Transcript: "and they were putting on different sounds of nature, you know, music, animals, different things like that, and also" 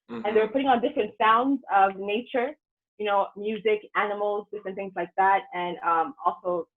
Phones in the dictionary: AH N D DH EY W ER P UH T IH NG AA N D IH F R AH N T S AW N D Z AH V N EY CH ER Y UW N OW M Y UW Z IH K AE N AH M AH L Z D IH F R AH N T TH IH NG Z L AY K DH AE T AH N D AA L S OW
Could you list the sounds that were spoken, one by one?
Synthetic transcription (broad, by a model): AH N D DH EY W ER P UH T IH NG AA N D IH F R AH N T S AW N D Z AH V N EY CH ER Y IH N OW M Y UW Z IH K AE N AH M L Z D IH F R AH N T TH IH NG Z L AY K DH AE T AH N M AA L S OW